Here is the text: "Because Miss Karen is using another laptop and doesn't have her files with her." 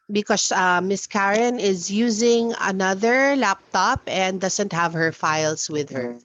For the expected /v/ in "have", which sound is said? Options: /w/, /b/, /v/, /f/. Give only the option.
/v/